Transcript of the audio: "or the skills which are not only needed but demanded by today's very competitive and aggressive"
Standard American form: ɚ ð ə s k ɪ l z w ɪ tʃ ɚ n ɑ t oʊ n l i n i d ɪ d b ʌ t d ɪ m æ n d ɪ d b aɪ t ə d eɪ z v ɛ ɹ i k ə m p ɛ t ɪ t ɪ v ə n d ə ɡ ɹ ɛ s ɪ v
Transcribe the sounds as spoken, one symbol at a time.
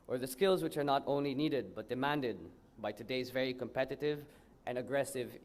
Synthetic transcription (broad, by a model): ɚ ð ə s k ɪ l z w ɪ tʃ ɚ n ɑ t oʊ n l i n i d ɪ d b ʌ t d ɪ m æ n d ɪ d b aɪ t ə d eɪ z v ɛ ɹ i k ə m p ɛ t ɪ t ɪ v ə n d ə ɡ ɹ ɛ s ɪ v